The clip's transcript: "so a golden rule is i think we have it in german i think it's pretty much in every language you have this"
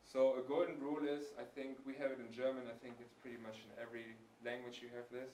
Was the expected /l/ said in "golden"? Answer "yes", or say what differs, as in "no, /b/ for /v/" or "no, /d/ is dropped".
no, /l/ is dropped